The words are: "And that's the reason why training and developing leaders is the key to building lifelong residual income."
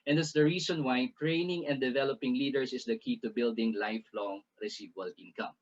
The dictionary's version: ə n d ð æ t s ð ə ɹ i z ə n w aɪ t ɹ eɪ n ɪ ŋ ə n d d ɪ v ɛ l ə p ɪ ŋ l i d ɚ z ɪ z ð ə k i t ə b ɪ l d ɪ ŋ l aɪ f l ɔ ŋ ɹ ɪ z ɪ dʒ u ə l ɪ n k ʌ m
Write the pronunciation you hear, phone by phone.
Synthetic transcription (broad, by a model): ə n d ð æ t s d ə ɹ i s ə n w aɪ t ɹ eɪ n ɪ ŋ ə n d d ɪ v ɛ l ə p ɪ ŋ l i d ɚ s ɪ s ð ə k i t ə b ɪ l d ɪ ŋ l aɪ f l ɔ ŋ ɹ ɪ s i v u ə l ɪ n k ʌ m